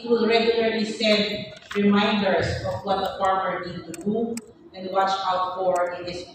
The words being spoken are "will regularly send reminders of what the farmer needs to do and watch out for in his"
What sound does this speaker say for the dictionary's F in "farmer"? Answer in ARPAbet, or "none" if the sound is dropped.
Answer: P